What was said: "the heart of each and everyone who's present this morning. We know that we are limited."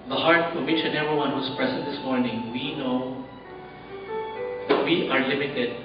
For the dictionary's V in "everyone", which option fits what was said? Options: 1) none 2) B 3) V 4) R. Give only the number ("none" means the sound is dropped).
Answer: 1